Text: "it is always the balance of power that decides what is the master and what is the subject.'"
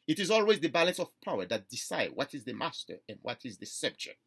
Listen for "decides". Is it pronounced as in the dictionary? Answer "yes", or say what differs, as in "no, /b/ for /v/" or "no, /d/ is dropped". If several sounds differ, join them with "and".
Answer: no, /z/ is dropped